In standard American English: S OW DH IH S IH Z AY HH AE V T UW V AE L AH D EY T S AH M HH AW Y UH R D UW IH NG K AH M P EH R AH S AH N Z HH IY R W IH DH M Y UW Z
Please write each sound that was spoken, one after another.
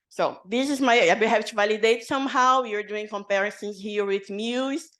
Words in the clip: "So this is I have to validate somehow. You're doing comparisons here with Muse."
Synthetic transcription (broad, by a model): S OW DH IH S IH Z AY HH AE P T UW V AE L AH D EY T S AH M HH AW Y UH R D UW IH NG K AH M P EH R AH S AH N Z HH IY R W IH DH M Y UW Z